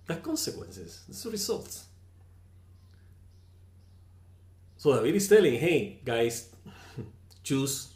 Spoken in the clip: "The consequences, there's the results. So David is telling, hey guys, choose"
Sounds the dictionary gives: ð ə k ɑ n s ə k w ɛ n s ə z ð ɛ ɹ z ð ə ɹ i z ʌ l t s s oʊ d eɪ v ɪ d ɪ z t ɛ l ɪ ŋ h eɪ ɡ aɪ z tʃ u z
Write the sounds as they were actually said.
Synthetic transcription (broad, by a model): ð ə k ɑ n s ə k w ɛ n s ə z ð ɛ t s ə ɹ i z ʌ l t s s oʊ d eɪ ɪ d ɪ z t ɛ l ɪ ŋ h eɪ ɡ aɪ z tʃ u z